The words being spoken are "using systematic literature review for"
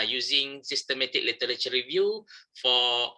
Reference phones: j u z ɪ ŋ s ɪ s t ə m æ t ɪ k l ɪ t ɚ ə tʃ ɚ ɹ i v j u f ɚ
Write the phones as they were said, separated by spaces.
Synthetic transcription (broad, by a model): j u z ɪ ŋ s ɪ s t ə m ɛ t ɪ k l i t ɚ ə tʃ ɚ ɹ i v j u f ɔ